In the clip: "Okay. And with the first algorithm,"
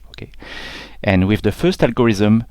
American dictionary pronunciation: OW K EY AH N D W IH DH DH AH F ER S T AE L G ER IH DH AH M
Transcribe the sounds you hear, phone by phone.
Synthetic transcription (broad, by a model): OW K EY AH N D W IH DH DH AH F ER S T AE L G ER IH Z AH M